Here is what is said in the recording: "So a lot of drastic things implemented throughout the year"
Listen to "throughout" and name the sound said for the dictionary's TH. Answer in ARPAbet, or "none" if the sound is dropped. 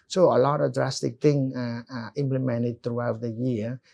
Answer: T